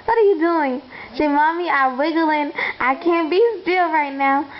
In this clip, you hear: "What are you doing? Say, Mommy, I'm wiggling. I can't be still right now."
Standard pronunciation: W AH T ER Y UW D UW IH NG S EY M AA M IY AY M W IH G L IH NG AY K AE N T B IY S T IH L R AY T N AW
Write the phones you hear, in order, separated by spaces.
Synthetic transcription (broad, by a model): W AH T ER Y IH D UW IH NG SH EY M AA M IY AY W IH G L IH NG AY K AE N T B IY S T IH L R AY T N AW